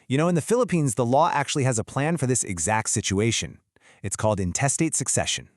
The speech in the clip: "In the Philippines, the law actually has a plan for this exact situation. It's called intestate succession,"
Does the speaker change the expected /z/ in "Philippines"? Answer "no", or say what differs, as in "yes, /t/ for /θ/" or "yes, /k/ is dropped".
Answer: no